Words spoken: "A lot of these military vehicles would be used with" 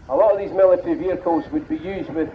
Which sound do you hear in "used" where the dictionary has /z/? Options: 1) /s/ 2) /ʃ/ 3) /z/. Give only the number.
3